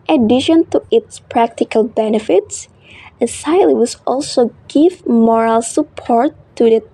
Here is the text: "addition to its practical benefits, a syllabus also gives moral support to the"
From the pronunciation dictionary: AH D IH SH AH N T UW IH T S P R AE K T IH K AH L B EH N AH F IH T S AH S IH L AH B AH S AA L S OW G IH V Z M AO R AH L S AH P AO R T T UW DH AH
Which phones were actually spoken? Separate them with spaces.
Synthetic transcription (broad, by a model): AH D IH SH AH N T UW IH T S P R AE K T IH K AH L B EH N AH F IH T S AH S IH L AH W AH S AA L S OW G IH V M AO R AH L S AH P AO R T T UW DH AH